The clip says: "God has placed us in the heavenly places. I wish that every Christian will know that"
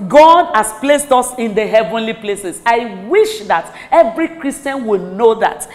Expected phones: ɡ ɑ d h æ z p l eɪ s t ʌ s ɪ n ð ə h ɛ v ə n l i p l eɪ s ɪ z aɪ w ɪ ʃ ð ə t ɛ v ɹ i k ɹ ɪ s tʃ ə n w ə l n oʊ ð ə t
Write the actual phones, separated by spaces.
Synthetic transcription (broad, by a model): ɡ ɑ d h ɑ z p l eɪ s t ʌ s ɪ n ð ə h ɛ v ə n l i p l eɪ s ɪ s aɪ w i ʃ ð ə t ɛ v ɹ i k ɹ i s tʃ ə n w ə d n oʊ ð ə t